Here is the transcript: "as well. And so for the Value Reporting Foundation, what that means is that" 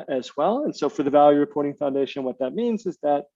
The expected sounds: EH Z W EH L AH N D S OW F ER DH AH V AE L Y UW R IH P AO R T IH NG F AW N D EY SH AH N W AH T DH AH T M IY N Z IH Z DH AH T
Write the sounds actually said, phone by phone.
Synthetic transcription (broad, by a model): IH Z W EH L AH N S OW F ER DH AH V AE L Y UW R IH P AO R T IH NG F AW N D EY SH AH N W AH T DH AH T M IY N Z IH Z DH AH T